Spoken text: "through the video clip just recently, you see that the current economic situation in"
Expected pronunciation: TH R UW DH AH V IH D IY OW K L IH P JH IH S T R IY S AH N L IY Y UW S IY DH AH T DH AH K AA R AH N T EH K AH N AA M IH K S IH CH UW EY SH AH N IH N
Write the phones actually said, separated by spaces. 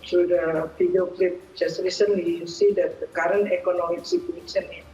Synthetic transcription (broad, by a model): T R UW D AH F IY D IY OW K L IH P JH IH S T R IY S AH N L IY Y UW S IY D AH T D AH K AA R AH N T EH K AH N AA M IH K S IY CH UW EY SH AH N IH